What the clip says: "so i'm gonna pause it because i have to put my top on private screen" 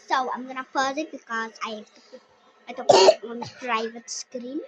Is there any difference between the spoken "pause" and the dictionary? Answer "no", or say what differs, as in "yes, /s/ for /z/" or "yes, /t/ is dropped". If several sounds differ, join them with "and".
yes, /f/ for /p/